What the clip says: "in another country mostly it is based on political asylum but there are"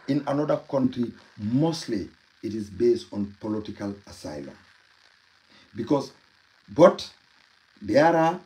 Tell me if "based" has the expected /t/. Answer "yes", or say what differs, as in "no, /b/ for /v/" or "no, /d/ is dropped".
yes